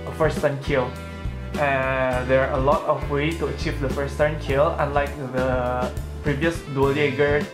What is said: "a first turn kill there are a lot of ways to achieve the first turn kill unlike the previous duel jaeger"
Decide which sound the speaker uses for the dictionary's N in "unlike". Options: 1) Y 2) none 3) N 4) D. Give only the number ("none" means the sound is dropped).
3